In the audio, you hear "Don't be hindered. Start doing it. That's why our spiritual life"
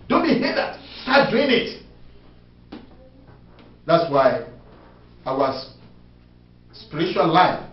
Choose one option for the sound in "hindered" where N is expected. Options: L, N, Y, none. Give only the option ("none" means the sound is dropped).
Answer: none